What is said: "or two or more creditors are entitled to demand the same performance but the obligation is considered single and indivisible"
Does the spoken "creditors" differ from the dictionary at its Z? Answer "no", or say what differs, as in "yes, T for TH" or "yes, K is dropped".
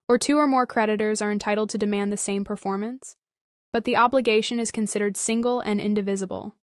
no